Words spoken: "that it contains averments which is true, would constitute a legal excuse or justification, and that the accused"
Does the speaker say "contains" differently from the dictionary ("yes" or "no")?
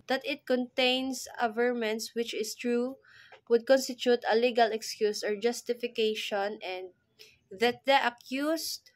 yes